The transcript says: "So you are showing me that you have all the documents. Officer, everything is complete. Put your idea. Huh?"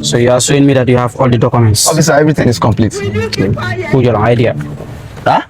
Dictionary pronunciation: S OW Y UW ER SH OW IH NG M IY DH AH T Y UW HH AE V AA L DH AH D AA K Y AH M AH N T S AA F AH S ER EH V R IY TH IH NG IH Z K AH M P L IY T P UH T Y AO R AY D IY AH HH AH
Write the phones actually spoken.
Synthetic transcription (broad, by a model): S OW Y UW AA S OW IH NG M IY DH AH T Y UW HH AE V AA L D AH D AA K Y AH M AH N T S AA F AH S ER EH V R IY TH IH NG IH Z K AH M P L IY T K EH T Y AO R AY D IY AH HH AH